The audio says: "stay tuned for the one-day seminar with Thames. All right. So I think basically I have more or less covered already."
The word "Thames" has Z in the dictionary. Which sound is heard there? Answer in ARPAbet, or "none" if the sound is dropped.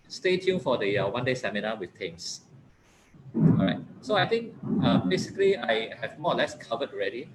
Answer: S